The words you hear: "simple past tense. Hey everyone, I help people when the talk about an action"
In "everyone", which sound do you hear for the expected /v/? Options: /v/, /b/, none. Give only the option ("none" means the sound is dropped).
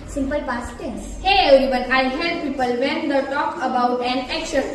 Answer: none